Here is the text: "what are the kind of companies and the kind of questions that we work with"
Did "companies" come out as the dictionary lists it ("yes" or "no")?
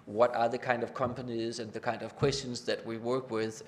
yes